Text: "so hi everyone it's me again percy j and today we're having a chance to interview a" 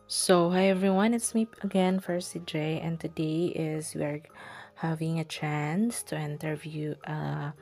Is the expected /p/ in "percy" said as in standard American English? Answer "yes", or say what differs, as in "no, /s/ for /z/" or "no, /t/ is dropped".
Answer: no, /f/ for /p/